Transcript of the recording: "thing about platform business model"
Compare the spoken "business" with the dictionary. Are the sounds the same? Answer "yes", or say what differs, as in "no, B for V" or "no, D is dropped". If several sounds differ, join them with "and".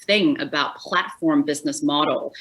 yes